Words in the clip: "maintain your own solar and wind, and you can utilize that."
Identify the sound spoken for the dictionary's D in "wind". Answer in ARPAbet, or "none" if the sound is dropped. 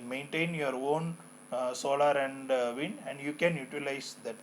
none